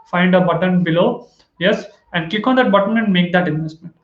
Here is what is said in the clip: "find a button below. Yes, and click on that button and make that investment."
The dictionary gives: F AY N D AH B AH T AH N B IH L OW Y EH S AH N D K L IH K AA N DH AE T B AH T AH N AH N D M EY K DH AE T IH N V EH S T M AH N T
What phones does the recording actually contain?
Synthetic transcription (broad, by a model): F AY N D AH B AH T AH N B IH L OW Y EH S AH N D K IH K AA N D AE T B AH T AH N AH N D M EY K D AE T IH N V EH S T M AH N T